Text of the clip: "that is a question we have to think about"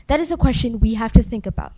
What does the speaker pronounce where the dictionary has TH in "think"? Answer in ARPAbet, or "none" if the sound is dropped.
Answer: TH